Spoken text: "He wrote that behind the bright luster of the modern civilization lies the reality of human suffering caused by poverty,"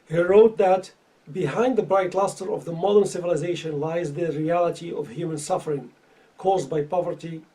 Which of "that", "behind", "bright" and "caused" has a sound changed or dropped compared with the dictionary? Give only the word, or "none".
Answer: none